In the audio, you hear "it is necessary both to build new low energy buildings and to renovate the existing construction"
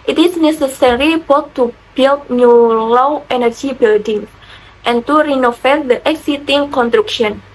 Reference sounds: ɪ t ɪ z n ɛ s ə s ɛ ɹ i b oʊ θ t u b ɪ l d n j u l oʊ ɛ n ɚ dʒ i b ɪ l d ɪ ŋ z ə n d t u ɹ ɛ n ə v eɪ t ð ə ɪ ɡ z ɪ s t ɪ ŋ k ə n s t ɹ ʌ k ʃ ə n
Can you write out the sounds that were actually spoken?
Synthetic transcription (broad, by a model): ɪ t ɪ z n ɛ s ə s ɛ ɹ i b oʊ t t u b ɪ l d n j u l oʊ ɛ n ɚ dʒ i b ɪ l d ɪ ŋ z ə n t u ɹ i n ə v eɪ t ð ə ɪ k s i t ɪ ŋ k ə n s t ɹ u k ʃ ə n